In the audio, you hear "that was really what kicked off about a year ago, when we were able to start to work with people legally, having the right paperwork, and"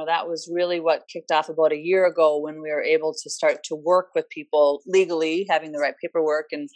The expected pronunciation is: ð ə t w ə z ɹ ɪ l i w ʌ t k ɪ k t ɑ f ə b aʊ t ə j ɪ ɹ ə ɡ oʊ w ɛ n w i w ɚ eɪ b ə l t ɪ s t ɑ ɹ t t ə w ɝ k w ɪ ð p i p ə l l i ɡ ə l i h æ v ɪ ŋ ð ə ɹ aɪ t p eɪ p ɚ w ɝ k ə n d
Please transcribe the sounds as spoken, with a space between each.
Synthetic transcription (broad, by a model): ð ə t w ə z ɹ ɪ l i w ʌ t k ɪ k t ɑ f ə b aʊ t ə j ɪ ɹ ə ɡ oʊ w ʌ n w i w ɚ eɪ b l t ɪ s t ɑ ɹ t t ə w ɝ k w ɪ ð p i p l l i ɡ l i h æ v ɪ ŋ ð ə ɹ aɪ t p eɪ p ɚ w ɝ k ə n